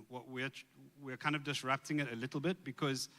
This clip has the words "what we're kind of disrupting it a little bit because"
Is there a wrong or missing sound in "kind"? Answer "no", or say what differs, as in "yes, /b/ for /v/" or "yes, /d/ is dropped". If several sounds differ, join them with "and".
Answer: no